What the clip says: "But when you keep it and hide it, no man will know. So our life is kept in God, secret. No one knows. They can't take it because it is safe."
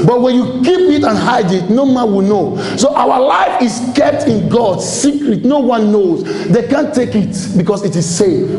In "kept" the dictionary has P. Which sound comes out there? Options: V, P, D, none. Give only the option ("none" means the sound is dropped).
P